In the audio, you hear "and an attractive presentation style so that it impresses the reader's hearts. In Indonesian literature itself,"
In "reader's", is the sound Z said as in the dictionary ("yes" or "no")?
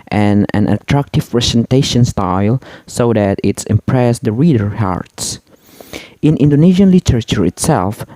no